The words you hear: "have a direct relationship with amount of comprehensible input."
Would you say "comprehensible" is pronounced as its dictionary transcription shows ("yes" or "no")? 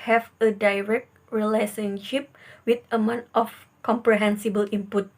yes